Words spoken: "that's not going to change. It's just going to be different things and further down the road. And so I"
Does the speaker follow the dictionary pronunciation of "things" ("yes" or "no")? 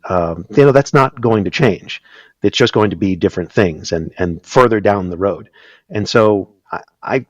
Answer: yes